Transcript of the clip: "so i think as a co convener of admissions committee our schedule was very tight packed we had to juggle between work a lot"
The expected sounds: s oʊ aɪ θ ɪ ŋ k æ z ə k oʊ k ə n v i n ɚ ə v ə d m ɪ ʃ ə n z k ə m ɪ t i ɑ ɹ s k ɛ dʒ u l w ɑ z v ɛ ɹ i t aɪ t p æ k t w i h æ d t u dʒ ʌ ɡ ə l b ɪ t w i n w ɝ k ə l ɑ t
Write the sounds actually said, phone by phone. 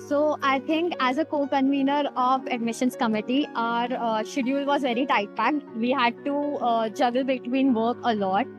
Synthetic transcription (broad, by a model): s oʊ aɪ t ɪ ŋ k æ z ə k oʊ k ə n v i n ɚ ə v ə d m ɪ ʃ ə n s k ə m ɪ t i ɑ ɹ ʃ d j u l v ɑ z v ɛ ɹ i t aɪ t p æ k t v i h æ d t u dʒ ʌ ɡ ə l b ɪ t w i n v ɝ k ə l ɑ t